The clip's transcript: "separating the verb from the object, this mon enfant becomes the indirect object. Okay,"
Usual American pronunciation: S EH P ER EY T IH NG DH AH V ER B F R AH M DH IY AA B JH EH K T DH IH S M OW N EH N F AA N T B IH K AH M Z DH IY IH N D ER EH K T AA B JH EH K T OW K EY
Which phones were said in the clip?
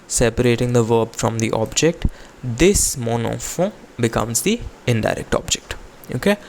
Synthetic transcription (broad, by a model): S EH P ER EY T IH NG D AH V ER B F R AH M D IY AA B JH EH K T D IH S M OW N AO F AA B IH K AH M Z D IY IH N D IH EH K T AA B JH EH K T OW K EY